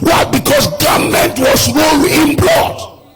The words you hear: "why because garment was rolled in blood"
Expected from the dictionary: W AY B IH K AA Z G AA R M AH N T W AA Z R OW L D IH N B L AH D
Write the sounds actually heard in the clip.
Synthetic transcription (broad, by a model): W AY B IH K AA S G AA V M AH N T W AA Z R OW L IH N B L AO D